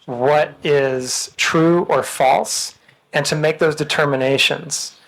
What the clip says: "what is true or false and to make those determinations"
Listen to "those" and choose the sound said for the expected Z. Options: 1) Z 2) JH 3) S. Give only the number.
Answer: 1